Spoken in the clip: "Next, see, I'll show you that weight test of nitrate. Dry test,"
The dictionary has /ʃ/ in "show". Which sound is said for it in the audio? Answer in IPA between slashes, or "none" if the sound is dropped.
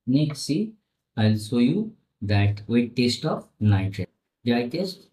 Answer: /s/